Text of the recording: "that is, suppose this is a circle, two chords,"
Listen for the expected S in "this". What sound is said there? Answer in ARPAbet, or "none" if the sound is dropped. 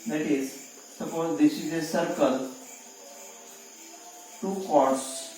SH